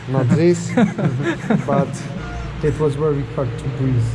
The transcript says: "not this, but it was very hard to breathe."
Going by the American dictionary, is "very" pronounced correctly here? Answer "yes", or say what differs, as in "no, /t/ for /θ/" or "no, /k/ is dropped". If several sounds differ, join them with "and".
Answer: no, /w/ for /v/